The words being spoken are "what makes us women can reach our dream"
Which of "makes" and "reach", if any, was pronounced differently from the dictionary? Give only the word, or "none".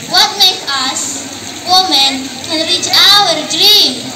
makes